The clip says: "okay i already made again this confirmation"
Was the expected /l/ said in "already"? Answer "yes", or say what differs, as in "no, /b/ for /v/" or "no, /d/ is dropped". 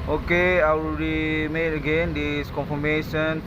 no, /w/ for /l/